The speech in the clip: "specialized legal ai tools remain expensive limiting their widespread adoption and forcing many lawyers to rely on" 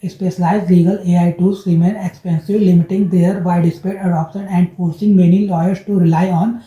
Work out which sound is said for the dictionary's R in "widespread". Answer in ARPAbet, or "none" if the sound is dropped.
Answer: none